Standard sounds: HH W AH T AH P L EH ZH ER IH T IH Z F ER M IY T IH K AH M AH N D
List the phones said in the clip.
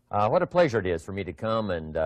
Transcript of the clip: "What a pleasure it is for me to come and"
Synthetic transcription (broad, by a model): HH W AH T AH P L EH ZH ER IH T IH Z F ER M IY T IH K AH M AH N